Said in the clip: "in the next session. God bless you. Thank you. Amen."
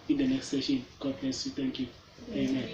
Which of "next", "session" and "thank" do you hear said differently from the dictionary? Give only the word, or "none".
thank